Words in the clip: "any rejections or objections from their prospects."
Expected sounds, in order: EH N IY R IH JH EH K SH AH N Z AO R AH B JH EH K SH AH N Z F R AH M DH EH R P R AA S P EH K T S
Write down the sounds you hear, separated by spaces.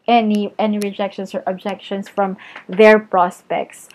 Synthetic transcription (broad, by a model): EH N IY R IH JH EH K SH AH N S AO R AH B JH EH K SH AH N S F R AH M DH EH R P R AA S P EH K T S